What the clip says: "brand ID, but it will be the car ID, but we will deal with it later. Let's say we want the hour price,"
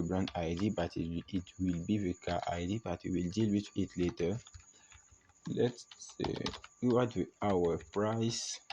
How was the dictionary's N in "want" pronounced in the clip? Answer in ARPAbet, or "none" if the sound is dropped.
none